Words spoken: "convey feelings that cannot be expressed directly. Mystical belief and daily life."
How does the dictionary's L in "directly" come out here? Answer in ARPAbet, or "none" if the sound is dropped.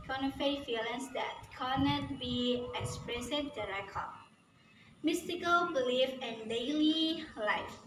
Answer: none